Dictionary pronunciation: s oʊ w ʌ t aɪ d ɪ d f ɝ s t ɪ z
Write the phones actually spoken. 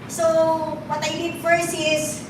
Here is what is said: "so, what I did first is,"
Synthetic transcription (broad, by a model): s oʊ w ʌ t aɪ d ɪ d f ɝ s ɪ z